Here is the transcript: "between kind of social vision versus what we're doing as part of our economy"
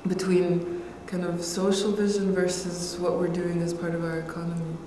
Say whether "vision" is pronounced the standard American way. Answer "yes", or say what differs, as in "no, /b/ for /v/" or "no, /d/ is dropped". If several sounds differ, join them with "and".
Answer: yes